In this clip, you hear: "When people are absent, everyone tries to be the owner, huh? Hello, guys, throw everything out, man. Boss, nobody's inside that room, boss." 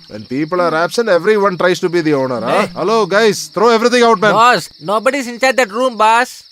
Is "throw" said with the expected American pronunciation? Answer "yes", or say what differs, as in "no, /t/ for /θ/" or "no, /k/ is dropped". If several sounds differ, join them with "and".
no, /t/ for /θ/